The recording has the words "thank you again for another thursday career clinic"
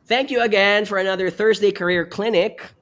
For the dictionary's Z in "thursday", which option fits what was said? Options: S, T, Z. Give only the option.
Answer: Z